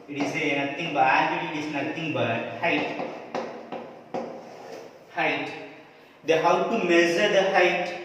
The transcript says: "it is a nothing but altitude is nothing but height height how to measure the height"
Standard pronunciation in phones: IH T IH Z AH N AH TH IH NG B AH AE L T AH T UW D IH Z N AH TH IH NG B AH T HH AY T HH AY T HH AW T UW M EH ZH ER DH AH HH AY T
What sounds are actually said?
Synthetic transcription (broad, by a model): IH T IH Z AH N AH T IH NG B AH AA T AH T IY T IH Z N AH T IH NG B AH T HH AY T HH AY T HH AW T UW M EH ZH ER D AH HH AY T